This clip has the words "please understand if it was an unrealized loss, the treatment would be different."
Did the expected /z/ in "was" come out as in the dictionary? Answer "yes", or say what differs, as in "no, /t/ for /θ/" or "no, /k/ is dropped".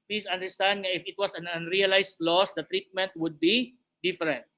no, /s/ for /z/